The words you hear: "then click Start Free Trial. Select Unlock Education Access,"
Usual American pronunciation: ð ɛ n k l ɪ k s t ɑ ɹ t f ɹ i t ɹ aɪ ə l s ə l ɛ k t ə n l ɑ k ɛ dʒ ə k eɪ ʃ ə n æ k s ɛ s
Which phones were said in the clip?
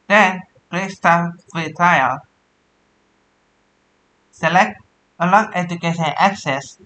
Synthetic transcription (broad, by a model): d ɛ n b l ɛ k s t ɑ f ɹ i t ɹ aɪ ə l s ə l ɛ k t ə l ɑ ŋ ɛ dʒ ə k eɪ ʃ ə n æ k s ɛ s